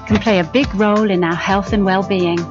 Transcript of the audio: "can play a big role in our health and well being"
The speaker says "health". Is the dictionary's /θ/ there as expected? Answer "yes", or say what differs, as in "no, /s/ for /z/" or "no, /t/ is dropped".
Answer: yes